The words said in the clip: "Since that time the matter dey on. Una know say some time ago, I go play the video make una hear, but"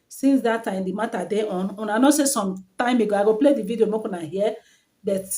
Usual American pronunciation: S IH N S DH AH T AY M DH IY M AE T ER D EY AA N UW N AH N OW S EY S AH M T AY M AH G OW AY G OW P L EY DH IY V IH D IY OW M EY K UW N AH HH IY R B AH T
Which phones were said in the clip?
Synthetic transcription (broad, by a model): S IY N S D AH T AY M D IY M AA T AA D EY AA N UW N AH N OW S EY S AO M T AY M AH G OW AY G OW P L EY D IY V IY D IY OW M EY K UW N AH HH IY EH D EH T